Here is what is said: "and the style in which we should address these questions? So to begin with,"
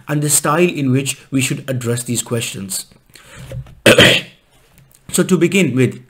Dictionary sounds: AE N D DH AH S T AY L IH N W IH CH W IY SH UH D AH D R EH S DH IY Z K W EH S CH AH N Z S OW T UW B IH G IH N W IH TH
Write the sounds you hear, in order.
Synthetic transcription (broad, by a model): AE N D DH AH S T AY L IH N W IH CH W IY SH UH D AH D R EH S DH IY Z K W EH S CH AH N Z S OW T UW B IH G IH N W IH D